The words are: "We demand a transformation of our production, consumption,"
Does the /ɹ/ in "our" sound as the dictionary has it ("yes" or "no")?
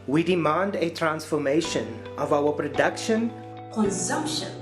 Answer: no